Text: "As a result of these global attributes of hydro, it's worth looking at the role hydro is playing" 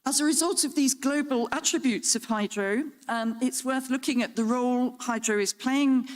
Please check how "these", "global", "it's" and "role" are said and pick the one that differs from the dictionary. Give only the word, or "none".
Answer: none